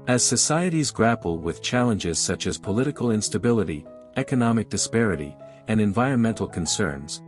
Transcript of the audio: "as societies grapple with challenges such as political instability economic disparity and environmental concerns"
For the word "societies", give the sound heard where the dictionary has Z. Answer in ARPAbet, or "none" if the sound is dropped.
Z